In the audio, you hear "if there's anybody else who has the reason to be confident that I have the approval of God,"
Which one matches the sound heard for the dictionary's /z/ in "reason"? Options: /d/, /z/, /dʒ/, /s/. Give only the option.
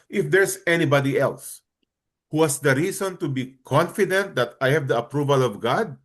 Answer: /s/